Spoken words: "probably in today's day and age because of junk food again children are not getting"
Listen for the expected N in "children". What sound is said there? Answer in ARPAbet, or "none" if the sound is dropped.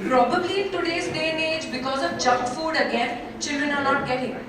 N